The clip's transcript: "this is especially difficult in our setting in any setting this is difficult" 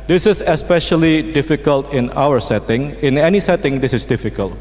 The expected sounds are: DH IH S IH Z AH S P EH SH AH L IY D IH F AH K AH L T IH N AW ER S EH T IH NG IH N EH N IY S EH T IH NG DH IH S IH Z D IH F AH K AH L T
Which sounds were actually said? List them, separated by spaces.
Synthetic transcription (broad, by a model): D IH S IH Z AH S P EH SH AH L IY D IH F AH K AH L T IH N AW ER S EH T IH NG IH N EH N IY S EH T IH NG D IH S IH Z D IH F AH K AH L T